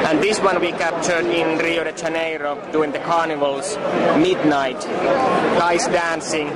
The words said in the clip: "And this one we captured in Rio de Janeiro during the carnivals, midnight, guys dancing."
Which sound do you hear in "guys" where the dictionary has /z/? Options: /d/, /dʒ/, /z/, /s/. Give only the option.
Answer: /s/